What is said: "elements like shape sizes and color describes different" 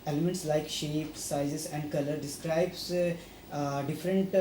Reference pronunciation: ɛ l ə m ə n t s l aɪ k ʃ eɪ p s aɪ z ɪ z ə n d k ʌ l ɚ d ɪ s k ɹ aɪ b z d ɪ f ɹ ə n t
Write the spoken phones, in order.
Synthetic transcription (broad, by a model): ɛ l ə m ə n t s l aɪ k ʃ eɪ p s aɪ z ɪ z ə n d k ʌ l ɚ d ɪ s k ɹ aɪ b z d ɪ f ɹ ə n t